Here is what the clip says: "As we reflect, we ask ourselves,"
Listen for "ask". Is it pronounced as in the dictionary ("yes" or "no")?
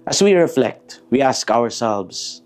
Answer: yes